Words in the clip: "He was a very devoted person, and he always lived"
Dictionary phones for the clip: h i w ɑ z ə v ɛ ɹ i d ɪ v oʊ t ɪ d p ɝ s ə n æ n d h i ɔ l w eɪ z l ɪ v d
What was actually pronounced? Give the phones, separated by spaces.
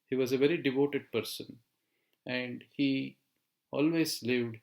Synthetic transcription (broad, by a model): h i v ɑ z ə v ɛ ɹ i d ɪ v oʊ t ɪ d p ɝ s ə n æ n d h i ɔ l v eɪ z l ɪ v d